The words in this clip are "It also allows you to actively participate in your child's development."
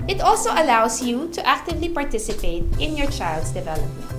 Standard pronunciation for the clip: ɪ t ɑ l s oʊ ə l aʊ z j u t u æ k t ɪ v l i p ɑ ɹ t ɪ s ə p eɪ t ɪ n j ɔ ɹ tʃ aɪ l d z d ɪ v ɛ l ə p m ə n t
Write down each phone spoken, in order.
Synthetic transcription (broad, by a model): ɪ t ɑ l s oʊ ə l aʊ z j u t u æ k t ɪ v l i p ɑ ɹ t ɪ s ə p eɪ t ɪ n j ɔ ɹ tʃ aɪ l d s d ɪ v ɛ l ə p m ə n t